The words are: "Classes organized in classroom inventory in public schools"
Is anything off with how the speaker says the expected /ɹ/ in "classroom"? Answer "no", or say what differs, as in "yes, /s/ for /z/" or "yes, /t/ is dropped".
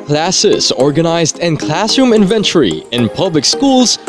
yes, /ɹ/ is dropped